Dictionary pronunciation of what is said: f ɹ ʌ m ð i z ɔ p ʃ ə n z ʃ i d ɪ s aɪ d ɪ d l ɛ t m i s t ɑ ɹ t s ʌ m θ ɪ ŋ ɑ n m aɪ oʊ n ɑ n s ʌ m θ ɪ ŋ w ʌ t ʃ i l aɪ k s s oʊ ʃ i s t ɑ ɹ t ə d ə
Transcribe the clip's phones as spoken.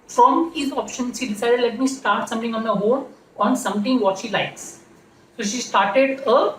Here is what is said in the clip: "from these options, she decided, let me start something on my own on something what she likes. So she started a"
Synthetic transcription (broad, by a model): f ɹ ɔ m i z ɔ p ʃ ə n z ʃ i d ɪ s aɪ d ɪ d l ɛ t m i s t ɑ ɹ t s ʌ m t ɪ ŋ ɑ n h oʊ l ɑ n s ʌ m t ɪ ŋ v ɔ t ʃ i l aɪ k s s oʊ ʃ i s t ɑ ɹ t ə d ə